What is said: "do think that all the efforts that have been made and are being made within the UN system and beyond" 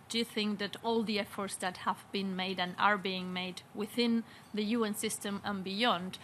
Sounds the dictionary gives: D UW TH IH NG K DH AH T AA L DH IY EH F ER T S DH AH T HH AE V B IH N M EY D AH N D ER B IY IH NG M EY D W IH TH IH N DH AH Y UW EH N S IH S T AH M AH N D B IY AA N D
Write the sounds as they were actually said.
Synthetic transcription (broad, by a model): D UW TH IH NG K DH AH T AA L DH IY EH F ER T S DH AH T HH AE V B IH N M EY D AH N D ER B IY IH NG M EY D W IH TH IH N DH AH Y UW EH N S IH S T AH M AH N B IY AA N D